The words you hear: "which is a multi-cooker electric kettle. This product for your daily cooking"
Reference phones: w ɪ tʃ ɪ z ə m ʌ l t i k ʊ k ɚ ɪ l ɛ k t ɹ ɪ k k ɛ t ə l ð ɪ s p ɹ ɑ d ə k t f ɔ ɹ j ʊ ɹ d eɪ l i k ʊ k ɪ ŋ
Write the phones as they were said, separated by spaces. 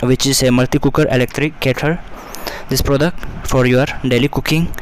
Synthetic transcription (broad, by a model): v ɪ tʃ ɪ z ə m ʌ l t i k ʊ k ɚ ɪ l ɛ k t ɹ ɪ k k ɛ t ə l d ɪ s p ɹ ɑ d ə k t f ɔ ɹ j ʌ ɹ d eɪ l i k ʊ k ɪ ŋ